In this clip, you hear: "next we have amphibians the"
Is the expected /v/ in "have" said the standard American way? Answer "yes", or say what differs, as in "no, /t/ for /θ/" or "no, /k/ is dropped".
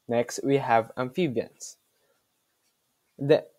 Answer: yes